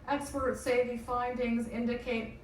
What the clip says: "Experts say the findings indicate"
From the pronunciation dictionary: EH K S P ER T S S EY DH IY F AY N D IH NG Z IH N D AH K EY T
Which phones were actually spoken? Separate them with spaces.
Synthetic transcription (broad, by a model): EH K S P ER T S S EY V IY F AY N D IH NG Z IH N D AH K EY T